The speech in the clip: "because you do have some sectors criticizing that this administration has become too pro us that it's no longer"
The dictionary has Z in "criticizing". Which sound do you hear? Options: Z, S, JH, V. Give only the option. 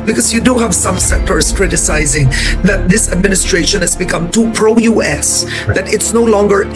Z